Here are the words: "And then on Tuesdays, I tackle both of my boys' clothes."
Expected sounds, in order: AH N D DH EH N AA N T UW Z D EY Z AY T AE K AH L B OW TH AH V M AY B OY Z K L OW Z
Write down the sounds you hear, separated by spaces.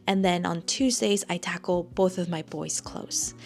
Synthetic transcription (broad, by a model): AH N DH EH N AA N T UW Z D EY Z AY T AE K L B OW TH AH V M AY B OY Z K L OW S